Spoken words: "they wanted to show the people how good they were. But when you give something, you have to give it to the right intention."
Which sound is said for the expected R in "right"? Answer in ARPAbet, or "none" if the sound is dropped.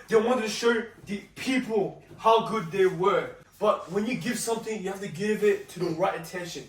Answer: R